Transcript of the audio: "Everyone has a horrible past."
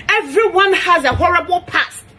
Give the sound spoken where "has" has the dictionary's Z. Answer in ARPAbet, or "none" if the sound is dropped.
Z